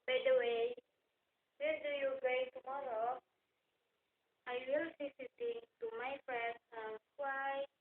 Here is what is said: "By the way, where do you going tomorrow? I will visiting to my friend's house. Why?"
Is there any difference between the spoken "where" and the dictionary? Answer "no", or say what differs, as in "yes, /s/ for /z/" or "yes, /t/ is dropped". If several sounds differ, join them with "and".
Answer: yes, /l/ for /ɹ/